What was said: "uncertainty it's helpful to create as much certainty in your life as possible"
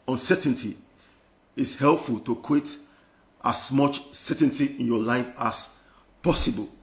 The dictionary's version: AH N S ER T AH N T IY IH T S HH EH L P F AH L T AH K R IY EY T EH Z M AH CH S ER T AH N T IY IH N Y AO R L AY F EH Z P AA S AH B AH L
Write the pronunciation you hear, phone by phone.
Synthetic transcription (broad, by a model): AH N S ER T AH N T IY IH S HH EH L P F AH L T AH K W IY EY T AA S M AH CH S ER T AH N T IY IH N Y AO L AY F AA S P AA S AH B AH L